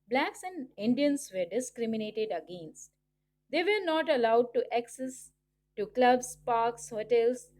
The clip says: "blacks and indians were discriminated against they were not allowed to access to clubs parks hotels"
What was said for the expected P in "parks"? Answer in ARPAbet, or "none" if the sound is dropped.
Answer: P